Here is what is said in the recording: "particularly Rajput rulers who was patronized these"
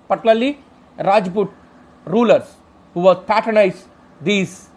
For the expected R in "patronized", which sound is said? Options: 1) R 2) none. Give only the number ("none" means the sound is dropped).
2